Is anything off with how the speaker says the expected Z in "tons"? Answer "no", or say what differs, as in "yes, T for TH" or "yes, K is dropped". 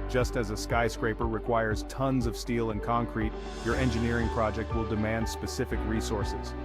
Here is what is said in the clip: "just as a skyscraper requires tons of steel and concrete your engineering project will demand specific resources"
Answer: no